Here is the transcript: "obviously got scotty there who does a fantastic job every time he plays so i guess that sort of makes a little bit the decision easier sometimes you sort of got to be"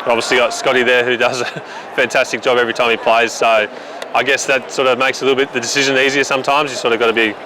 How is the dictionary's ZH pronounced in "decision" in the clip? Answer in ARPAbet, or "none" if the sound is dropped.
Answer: ZH